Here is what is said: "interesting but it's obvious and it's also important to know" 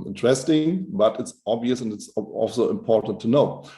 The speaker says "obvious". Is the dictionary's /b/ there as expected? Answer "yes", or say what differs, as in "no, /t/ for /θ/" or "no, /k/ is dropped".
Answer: yes